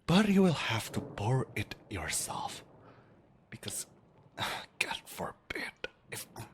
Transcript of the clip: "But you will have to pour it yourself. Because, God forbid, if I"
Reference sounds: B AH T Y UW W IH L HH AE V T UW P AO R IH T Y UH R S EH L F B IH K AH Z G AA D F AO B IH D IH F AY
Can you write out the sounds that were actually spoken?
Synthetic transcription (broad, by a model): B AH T Y UW W IH L HH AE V T UW B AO R IH T Y UH R S EH L F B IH K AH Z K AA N F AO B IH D IH F